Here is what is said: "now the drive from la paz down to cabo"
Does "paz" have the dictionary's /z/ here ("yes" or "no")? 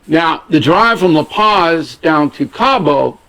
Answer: yes